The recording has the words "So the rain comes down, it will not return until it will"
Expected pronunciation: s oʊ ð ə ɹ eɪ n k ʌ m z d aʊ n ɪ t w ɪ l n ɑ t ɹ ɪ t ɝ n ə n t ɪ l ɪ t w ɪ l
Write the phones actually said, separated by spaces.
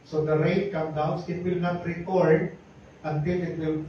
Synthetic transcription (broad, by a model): s oʊ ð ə ɹ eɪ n k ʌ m d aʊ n ɪ t w ɪ l n ɑ t ɹ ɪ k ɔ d ə n t ɪ l ɪ t w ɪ l